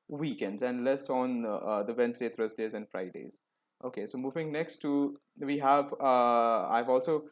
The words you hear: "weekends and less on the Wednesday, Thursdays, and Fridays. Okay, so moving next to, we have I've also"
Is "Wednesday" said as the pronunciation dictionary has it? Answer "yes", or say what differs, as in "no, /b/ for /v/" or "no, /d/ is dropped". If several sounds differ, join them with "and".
no, /s/ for /z/